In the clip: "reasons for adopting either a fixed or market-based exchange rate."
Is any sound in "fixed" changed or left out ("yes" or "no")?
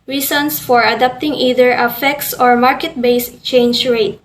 yes